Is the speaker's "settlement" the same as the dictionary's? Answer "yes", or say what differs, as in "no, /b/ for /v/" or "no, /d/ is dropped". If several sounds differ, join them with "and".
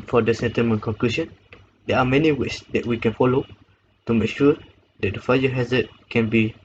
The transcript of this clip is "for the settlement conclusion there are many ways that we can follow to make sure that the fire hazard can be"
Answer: no, /l/ is dropped